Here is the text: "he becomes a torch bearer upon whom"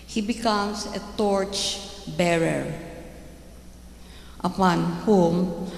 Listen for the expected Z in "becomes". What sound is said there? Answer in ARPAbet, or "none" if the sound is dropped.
S